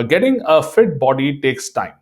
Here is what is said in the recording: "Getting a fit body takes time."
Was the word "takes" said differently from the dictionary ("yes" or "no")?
no